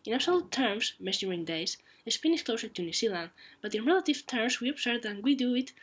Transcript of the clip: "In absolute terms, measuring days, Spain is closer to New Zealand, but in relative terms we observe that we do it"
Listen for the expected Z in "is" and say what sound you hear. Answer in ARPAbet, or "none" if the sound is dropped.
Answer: S